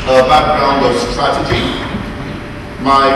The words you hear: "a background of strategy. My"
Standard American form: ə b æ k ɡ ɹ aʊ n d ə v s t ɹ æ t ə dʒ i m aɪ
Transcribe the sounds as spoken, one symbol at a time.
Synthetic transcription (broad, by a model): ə b æ k ɡ ɹ aʊ n d ə v s t ɹ æ t ə dʒ i m aɪ